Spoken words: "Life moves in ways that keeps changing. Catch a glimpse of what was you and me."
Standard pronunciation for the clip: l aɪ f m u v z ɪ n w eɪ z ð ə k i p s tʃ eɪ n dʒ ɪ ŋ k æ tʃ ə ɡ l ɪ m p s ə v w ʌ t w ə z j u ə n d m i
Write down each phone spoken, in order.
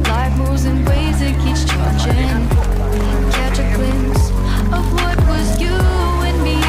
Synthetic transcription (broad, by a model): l aɪ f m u z ɪ n w eɪ z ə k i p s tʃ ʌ dʒ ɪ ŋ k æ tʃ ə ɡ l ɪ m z ə v w ʌ t w ə z j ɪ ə n m i